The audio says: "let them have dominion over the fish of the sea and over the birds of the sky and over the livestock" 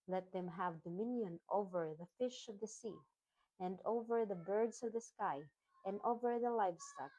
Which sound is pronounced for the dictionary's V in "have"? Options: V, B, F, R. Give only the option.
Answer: V